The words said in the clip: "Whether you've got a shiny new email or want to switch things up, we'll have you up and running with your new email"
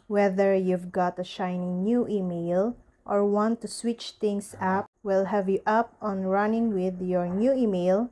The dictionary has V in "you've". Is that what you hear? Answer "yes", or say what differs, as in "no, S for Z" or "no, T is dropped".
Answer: yes